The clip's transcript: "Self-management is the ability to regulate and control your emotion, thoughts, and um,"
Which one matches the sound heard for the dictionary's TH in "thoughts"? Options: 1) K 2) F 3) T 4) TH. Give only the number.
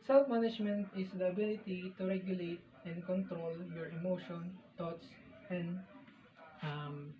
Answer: 3